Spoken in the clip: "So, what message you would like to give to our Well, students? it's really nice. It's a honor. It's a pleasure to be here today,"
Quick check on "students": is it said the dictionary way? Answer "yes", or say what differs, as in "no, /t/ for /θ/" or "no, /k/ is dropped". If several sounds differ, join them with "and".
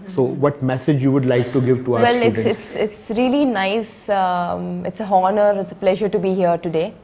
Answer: no, /n/ is dropped